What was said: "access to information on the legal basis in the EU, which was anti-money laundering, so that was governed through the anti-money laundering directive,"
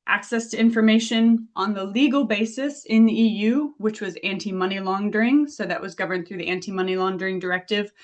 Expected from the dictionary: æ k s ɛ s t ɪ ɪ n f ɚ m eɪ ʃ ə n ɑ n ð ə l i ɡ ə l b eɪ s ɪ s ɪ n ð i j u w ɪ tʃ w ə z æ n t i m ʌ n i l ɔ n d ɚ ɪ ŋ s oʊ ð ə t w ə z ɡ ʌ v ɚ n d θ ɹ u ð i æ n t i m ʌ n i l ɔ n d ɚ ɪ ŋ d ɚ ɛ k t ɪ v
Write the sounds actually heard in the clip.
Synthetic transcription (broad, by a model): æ k s ɛ s t ɪ ɪ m f ɚ m eɪ ʃ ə n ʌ n ð ə l i ɡ l b eɪ s ɪ s ɪ n ð i j u w ɪ tʃ w ə z æ n t i m ʌ n i l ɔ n d ɚ ɪ ŋ s oʊ ð ə t w ə z ɡ ʌ v ɚ n θ ɹ u ð i æ n t i m ʌ n i l ɔ n d ɚ ɪ ŋ d ɚ ɛ k t ɪ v